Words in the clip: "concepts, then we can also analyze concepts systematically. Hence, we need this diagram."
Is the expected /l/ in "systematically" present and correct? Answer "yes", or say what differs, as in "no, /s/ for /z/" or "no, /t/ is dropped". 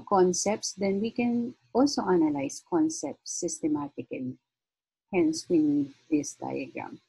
no, /l/ is dropped